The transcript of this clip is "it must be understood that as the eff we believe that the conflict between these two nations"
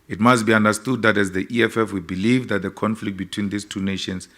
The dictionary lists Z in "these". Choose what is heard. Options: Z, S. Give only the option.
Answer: S